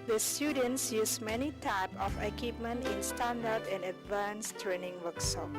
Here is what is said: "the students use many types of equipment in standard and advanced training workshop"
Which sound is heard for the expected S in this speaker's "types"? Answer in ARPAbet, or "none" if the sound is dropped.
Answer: none